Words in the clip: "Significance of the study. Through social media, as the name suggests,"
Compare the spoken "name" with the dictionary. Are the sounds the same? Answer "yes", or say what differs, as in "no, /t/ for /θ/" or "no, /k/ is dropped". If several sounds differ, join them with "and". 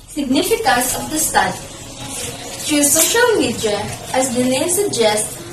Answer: no, /l/ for /n/